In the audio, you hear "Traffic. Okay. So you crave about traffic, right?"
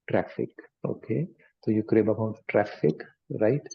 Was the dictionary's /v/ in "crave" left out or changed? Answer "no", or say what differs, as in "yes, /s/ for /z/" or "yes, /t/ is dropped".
yes, /b/ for /v/